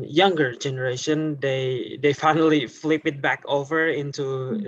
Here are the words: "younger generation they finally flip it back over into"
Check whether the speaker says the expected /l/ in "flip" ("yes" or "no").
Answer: yes